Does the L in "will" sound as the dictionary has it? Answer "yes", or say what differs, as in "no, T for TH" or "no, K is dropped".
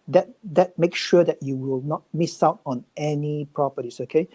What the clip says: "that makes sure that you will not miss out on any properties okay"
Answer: yes